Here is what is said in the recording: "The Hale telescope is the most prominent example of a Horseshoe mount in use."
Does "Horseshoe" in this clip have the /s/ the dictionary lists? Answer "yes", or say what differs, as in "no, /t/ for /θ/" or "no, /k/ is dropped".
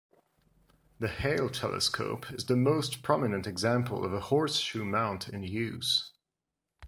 yes